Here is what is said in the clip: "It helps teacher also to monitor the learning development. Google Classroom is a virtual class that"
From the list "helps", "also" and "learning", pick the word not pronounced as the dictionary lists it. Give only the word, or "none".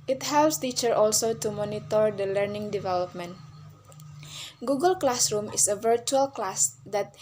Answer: none